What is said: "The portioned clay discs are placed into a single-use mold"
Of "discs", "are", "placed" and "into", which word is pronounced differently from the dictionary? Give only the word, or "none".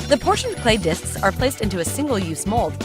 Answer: none